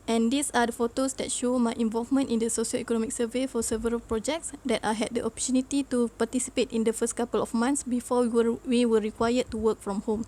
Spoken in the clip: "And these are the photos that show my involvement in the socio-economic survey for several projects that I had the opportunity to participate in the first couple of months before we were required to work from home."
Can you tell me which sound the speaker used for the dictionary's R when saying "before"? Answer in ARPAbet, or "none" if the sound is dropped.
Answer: W